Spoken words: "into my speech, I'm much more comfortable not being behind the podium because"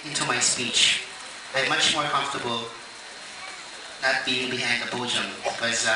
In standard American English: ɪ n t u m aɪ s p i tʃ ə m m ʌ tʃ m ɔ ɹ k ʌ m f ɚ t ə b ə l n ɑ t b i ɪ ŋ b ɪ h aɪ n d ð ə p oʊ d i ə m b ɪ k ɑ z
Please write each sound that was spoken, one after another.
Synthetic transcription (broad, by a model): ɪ n t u m aɪ s p i tʃ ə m m ʌ tʃ m ɔ ɹ k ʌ m f t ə b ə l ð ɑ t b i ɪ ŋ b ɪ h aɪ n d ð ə b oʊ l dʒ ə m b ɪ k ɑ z